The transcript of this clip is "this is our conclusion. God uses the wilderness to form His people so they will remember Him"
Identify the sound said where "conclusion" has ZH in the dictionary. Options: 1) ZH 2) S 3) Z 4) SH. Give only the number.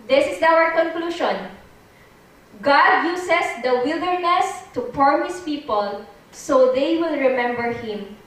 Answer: 4